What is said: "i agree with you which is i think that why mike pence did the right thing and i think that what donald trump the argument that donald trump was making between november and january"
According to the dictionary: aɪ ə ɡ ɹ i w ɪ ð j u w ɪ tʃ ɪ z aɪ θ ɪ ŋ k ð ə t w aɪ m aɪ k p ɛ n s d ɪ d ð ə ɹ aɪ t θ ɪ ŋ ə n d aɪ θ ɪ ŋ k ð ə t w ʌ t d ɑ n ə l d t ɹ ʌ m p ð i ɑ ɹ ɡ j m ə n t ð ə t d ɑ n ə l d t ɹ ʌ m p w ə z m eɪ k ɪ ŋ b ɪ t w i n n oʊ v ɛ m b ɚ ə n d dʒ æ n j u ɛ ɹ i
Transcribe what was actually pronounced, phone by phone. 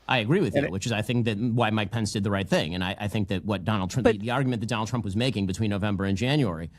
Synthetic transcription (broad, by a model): aɪ ə ɡ ɹ i w ɪ ð j u w ɪ tʃ ɪ z aɪ θ ɪ ŋ k ð ə t w aɪ m aɪ k p ɛ n s d ɪ d ð ə ɹ aɪ t θ ɪ ŋ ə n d aɪ θ ɪ ŋ k ð ə t w ʌ t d ɑ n l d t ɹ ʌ ð i ɑ ɹ ɡ j m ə n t ð ə t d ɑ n l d t ɹ ʌ m p w ə z m eɪ k ɪ ŋ b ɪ t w i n n oʊ v ɛ m b ɚ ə n dʒ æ n j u ɛ ɹ i